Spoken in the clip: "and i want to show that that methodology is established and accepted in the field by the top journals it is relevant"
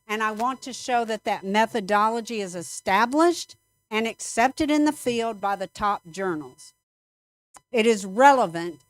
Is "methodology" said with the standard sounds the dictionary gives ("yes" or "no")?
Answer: yes